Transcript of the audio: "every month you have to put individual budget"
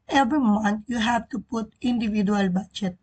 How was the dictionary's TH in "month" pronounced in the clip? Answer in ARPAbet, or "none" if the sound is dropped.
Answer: T